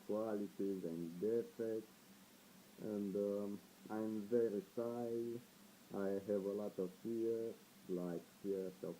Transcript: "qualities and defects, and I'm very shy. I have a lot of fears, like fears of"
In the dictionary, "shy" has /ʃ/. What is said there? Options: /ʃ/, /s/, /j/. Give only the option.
/s/